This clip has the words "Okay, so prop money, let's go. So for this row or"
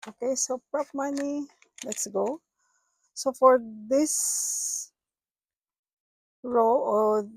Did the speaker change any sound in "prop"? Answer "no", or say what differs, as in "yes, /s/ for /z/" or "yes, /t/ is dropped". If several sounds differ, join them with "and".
no